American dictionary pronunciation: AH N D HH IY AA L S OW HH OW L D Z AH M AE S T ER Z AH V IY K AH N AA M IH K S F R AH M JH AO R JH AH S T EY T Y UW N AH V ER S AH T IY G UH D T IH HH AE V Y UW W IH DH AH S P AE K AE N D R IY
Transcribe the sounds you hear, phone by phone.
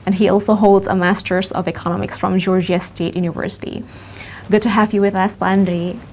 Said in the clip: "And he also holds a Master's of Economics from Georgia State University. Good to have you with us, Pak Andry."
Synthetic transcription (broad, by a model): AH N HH IY AA L S OW HH OW L D Z AH M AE S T ER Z AH V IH K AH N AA M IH K S F R AH M JH AO R JH AH S T EY T Y UW N AH V ER S AH T IY G UH D T IH HH AE V Y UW W IH DH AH S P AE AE N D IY